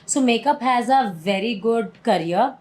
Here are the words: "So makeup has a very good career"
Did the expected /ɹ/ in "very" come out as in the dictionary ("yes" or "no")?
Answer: yes